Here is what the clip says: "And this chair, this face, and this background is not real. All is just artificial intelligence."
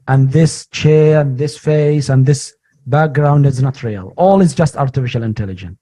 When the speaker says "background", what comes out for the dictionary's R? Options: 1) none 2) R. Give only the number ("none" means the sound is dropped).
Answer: 2